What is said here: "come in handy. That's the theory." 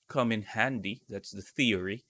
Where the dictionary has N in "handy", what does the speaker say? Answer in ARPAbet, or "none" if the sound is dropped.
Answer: N